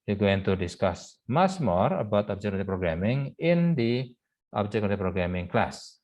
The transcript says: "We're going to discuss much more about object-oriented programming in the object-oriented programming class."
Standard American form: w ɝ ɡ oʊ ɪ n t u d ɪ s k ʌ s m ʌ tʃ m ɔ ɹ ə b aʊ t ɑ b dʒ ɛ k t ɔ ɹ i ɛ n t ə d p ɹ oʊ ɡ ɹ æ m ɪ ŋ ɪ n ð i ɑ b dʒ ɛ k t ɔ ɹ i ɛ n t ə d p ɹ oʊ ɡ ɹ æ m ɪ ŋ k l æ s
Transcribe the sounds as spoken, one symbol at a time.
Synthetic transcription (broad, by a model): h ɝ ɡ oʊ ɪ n t u d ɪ s k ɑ s m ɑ s m ɔ ɹ ə b aʊ t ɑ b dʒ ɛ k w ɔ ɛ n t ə p ɹ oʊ ɡ ɹ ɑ m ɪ ŋ ɪ n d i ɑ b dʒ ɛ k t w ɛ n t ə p ɹ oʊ ɡ ɹ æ m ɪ ŋ k l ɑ s